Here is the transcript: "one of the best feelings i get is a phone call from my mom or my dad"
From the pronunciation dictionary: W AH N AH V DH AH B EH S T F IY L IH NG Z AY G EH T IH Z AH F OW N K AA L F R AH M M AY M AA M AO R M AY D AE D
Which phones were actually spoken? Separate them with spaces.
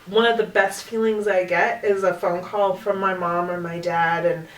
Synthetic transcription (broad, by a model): W AH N AH V DH AH B EH S T F IY L IH NG Z AY G EH T IH Z AH F OW N K AA L F R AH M M AY M AA M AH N M AY D AE D